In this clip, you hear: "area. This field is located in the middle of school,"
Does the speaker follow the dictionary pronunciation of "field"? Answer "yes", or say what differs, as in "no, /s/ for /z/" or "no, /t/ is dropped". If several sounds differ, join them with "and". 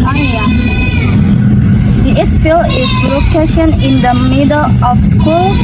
no, /d/ is dropped